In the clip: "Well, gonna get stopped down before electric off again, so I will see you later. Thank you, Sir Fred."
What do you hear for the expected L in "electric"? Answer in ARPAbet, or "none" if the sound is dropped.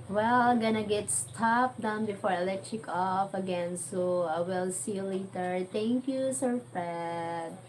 L